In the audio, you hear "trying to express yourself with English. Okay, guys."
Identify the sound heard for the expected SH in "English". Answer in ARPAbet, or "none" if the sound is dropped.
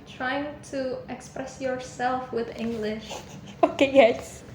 SH